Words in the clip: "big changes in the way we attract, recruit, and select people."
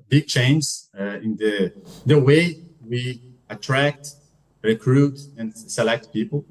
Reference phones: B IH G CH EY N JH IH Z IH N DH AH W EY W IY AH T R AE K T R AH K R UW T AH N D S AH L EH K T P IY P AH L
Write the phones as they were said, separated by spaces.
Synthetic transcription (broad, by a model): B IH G CH EY N Z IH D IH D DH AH W EY W IY AH T R AE K T R AH K R UW T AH N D S AH L EH K T P IY P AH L